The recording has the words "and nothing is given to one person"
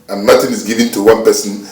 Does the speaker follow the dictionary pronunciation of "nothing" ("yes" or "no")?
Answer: no